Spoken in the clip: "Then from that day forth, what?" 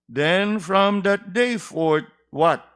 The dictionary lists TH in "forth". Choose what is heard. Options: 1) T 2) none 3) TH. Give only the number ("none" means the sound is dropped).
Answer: 1